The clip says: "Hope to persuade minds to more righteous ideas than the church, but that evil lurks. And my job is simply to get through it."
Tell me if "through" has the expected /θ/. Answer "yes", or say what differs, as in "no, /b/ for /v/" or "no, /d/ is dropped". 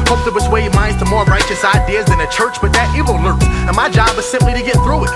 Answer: yes